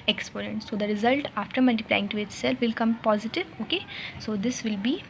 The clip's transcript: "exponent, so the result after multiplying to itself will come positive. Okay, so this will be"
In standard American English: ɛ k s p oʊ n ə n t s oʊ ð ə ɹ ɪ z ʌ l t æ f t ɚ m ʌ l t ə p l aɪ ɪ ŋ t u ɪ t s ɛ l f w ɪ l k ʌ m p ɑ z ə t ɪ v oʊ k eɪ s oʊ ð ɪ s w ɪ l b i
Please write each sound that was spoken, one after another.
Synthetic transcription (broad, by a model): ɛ k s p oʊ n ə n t s oʊ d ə ɹ ɪ z ʌ l t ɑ f t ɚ m ʌ l t ə p l aɪ ɪ ŋ t u ɪ t s ɛ l f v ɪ l k ʌ m p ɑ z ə t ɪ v oʊ k eɪ s oʊ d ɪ s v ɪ l b i